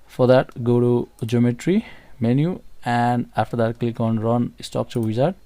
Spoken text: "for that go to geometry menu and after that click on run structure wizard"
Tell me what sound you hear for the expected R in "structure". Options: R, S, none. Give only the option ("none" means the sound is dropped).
none